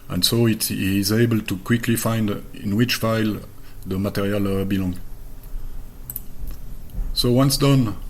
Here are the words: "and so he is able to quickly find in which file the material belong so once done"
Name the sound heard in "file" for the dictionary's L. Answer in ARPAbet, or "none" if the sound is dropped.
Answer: L